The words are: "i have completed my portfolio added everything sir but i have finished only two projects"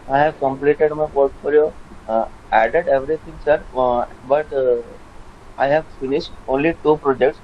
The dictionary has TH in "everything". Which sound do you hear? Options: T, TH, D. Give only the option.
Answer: T